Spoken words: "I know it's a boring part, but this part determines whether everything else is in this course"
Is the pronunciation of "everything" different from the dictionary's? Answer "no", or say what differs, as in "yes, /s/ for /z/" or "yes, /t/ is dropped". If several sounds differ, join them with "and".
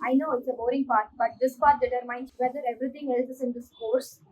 yes, /t/ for /θ/